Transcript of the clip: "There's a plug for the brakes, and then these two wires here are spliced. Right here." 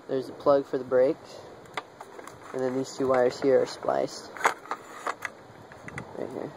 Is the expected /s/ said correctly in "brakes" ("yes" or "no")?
no